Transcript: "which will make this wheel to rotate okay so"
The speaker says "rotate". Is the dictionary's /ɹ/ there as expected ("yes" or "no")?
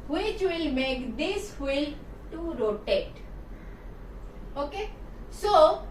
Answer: yes